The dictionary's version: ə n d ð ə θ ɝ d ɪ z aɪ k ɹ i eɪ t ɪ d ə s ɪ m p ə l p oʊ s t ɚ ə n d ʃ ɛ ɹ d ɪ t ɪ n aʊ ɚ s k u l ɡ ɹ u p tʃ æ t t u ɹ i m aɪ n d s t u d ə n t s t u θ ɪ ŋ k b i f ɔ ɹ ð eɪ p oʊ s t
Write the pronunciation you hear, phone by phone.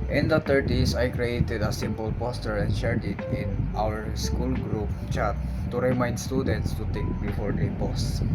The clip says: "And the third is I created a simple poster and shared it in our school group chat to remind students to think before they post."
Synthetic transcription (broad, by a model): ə n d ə t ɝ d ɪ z aɪ k ɹ i eɪ t ɪ d ə s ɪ m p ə l p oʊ s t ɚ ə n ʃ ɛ ɹ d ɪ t ɪ n aʊ ɚ s k u l ɡ ɹ u p tʃ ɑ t t u ɹ i m aɪ n d s t u d ə n t s t u t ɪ k b i f ɔ ɹ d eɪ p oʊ s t